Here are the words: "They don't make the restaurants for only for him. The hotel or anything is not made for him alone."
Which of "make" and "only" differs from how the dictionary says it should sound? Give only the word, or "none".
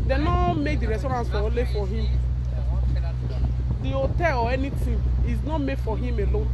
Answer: only